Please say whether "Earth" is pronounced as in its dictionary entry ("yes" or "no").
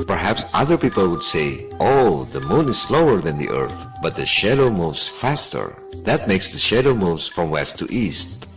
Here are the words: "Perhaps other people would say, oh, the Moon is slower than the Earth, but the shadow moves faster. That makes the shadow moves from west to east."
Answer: yes